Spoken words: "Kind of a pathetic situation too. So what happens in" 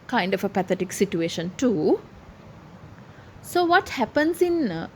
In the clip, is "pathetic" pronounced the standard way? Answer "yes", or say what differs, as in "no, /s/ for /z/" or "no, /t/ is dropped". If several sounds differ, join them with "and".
no, /t/ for /θ/